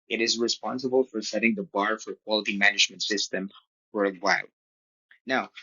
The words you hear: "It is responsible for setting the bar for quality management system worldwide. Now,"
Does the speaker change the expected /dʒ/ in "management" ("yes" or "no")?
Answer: no